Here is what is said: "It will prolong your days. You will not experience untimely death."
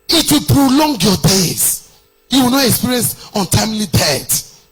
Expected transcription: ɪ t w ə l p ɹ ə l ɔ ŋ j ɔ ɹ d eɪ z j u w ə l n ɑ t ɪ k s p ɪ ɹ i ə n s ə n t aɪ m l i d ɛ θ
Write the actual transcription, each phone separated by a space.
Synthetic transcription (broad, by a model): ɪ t w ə p ɹ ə l ɔ ŋ j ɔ d eɪ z j u w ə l n ɑ t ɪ k s p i ɹ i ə n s ə n t aɪ m l i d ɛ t